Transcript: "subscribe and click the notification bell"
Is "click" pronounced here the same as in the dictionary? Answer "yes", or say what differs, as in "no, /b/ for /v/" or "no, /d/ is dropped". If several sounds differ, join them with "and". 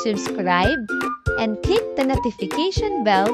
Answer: no, /l/ is dropped